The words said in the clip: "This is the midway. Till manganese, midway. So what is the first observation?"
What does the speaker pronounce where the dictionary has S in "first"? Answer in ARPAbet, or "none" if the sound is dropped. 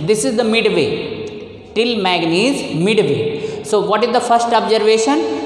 S